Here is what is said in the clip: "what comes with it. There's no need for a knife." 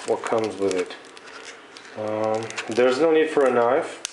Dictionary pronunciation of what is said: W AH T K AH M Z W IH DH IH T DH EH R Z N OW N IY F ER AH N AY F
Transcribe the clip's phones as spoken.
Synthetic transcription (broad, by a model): W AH T K AH M Z W IH DH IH T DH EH R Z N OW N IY F ER AH N AY F